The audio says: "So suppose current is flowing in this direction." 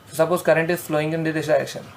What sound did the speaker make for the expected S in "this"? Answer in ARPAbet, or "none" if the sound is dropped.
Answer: none